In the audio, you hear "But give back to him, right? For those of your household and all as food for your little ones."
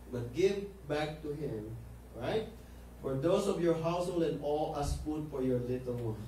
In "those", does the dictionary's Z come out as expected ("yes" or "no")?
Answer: no